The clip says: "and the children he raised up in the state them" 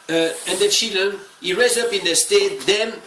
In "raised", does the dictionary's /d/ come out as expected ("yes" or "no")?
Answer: no